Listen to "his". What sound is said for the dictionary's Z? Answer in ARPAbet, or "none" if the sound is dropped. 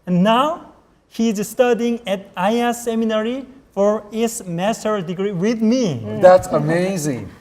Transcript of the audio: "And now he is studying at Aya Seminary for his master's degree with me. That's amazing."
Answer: S